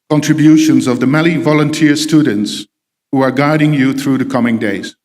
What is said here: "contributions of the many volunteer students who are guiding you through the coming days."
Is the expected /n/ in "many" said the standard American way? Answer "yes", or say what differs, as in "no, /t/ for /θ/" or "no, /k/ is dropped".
no, /l/ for /n/